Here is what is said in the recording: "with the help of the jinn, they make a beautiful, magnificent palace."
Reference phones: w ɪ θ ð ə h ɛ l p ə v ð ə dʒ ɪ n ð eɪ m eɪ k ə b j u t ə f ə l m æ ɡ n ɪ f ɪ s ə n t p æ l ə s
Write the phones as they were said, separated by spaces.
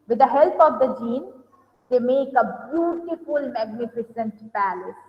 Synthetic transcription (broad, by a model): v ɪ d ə h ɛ l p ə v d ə dʒ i n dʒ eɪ m eɪ k ə b j u t ə f ə l m æ ɡ n ɪ f ɪ s ə n t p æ l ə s